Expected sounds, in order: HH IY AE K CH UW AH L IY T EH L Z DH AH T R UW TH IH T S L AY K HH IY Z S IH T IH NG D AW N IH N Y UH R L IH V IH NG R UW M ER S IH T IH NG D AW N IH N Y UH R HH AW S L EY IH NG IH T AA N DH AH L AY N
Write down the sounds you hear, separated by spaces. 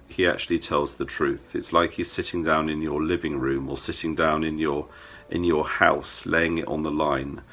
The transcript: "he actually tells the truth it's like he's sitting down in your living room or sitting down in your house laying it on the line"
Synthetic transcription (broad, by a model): HH IY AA K CH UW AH L IY T EH L Z DH AH T R UW TH IH T S L AY K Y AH S IH T IH NG D AW N IH N Y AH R L IH V IH NG R UW M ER S IH T IH NG D AW N IH N Y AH R HH AW S L EY IH NG IH T N DH AH L AY N